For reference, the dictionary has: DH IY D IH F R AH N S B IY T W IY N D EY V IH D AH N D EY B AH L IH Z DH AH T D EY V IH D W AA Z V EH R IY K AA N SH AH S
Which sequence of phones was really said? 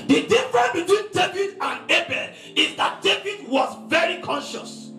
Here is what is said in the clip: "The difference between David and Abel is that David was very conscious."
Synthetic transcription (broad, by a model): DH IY D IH F R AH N B IY T W IY N D EY V IH D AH N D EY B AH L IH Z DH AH T D EY V IH D W AA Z V EH R IY K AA N SH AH S